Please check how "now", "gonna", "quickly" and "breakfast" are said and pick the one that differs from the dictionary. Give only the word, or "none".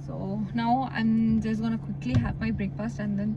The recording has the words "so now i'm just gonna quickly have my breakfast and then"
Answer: breakfast